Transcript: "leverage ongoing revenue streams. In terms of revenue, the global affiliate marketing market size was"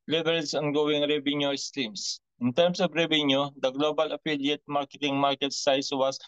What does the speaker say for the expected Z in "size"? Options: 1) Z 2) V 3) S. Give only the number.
3